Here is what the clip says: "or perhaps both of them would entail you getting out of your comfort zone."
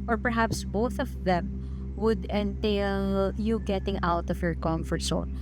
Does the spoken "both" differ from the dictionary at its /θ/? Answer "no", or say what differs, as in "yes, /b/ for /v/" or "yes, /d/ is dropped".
no